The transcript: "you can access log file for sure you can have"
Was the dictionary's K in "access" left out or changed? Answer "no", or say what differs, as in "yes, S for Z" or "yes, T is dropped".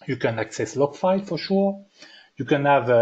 no